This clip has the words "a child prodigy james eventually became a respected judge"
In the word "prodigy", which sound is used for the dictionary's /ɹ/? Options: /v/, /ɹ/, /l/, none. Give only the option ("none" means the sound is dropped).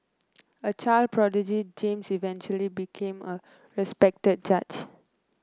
/ɹ/